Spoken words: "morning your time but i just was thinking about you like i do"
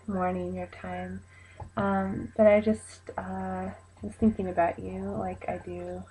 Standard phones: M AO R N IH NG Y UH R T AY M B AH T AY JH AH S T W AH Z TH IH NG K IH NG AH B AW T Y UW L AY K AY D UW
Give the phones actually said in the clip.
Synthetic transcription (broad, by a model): M AO R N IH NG Y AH R T AY M B AH T AY JH AH S T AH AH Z TH IH NG K IH NG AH B AW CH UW L AY K AY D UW